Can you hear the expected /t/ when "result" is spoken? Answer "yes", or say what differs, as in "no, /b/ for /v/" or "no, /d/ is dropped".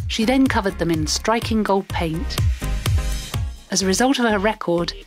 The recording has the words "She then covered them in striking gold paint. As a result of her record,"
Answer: yes